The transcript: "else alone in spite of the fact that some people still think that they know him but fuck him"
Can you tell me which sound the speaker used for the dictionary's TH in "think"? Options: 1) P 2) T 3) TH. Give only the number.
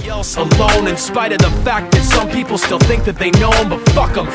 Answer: 3